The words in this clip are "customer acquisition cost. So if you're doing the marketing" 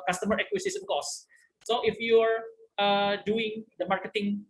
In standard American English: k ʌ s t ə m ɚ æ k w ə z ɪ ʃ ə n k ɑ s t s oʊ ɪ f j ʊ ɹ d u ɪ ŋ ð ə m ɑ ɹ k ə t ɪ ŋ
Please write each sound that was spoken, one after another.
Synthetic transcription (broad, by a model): k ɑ s t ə m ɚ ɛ k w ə s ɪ s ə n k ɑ s s oʊ ɪ f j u ɹ d u ɪ ŋ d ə m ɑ ɹ k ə t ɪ ŋ